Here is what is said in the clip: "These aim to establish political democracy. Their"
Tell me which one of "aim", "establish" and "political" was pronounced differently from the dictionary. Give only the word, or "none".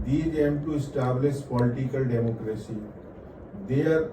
establish